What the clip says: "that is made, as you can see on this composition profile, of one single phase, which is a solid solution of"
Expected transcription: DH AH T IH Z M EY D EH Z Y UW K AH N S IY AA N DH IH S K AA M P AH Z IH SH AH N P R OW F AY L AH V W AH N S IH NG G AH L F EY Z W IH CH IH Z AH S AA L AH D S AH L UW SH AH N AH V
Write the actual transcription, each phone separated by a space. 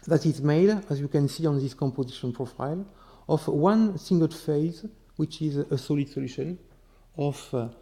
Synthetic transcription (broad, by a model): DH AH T IH Z M EY D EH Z Y UW K AH N S IY AA N DH IH S K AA M P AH Z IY SH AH N P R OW F AY L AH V W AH N S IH NG G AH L F EY Z W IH CH IH Z AH S AA L AH D S AH L UW SH AH N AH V